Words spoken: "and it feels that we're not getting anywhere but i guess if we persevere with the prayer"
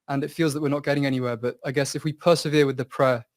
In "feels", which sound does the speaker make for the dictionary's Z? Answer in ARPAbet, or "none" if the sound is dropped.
Z